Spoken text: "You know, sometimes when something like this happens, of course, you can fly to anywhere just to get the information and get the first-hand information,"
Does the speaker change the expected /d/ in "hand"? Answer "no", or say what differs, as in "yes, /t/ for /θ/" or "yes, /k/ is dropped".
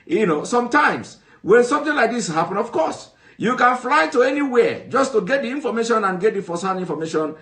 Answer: yes, /d/ is dropped